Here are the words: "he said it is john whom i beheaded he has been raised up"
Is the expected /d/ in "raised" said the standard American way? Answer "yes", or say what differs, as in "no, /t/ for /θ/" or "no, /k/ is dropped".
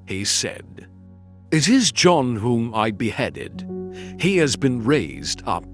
yes